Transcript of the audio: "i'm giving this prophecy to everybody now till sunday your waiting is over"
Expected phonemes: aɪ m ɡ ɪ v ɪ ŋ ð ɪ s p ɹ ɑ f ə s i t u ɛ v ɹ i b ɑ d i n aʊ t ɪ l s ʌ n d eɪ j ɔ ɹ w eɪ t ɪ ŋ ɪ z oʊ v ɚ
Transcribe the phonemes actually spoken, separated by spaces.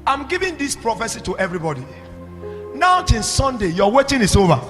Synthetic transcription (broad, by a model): aɪ m ɡ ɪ v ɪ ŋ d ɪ s p ɹ ɑ f ə s i t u ɛ v ɹ i b ɑ d i n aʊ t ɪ n s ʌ n d eɪ j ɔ w eɪ t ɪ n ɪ s oʊ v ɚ